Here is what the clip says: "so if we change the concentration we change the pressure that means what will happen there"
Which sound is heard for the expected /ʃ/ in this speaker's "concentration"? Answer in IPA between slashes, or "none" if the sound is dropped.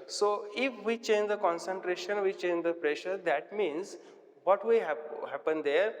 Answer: /ʃ/